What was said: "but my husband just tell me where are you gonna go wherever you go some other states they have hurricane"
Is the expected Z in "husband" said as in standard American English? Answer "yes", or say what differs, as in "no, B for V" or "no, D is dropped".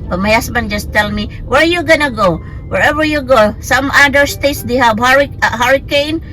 no, S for Z